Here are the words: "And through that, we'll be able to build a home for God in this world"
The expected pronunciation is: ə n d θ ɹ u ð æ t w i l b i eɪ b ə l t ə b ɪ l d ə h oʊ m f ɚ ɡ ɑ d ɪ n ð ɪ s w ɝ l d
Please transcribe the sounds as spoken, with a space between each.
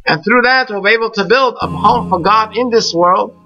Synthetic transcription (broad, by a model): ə n θ ɹ u ð æ t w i l b i eɪ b l t ə b ɪ l d ə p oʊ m f ɚ ɡ ɑ d ɪ n ð ɪ s w ɝ l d